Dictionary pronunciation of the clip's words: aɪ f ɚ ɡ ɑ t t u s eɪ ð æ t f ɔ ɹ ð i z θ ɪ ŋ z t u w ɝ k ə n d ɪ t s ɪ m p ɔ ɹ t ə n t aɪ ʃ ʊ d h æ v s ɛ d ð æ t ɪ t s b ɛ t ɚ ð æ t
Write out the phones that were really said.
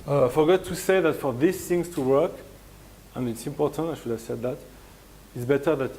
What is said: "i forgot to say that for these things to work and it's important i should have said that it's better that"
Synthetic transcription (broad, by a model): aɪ f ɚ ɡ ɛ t t u s eɪ ð æ t f ɔ ɹ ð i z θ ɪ ŋ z t u w ɝ k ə n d ɪ t s ɪ m p ɔ ɹ t ə n t aɪ ʃ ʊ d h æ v s ɛ d ð æ t ɪ t s b ɛ t ɚ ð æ t